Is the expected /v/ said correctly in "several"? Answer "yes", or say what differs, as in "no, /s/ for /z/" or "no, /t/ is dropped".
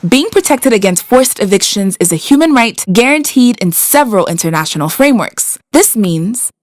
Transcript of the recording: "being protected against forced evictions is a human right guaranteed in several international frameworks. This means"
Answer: yes